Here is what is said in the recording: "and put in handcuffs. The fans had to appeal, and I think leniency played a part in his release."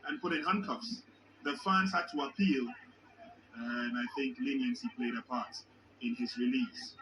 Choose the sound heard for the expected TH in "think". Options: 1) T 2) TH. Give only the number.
2